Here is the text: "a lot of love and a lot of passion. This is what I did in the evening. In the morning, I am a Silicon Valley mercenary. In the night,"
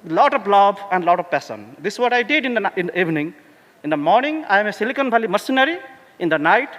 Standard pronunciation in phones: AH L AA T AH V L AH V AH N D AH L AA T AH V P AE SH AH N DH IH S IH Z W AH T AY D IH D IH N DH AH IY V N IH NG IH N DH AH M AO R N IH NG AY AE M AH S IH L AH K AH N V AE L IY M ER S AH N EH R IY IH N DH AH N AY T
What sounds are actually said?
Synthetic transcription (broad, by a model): L AA T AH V L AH B AH N D L AA T AH V P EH S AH N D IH S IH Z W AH T AY D IH D IH N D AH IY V N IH NG IH N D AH M AO R N IH NG AY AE M AH S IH L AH K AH N B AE L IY M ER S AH N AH R IY IH N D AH N AY T